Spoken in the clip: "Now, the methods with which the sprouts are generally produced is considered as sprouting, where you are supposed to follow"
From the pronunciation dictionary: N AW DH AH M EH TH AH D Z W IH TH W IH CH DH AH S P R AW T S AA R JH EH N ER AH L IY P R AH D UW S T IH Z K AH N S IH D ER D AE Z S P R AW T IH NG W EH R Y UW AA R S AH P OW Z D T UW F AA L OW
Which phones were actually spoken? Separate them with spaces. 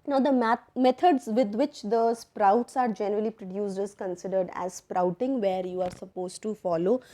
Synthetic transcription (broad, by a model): N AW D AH M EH T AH D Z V IH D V IH CH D AH S P R AW T S AA R JH EH N ER AH L IY P R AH D UW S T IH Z K AH N S IH D ER D AE Z S P R AW T IH NG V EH R Y UW AA R S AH P OW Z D T UW F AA L OW